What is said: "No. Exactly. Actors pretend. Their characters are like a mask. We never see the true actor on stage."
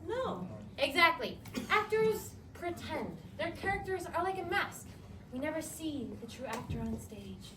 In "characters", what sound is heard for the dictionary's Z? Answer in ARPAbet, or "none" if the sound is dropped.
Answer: Z